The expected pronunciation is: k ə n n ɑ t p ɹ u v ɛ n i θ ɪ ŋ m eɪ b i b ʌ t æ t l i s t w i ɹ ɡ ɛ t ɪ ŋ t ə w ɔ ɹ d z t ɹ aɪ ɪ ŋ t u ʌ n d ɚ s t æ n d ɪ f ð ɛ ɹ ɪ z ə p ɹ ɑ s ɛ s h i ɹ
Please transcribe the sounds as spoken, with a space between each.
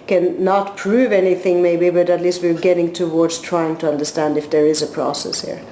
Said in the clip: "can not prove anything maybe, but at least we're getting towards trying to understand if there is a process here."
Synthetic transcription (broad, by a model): k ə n n ɑ t p ɹ u v ɛ n i θ ɪ ŋ m eɪ b i b ʌ t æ t l i s t w i ɹ ɡ ɛ t ɪ ŋ t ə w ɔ ɹ d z t ɹ aɪ ɪ ŋ t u ʌ n d ɚ s t æ n d ɪ f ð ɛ ɹ ɪ z ə p ɹ ɑ s ɛ s h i ɹ